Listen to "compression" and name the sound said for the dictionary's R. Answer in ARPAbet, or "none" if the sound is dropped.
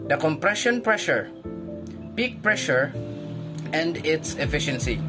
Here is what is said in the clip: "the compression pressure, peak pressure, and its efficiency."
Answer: R